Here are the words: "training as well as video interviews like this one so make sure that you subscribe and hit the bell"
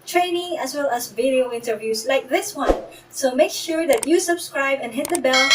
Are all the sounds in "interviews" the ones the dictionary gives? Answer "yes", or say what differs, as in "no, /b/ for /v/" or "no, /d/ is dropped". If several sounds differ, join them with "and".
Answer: no, /s/ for /z/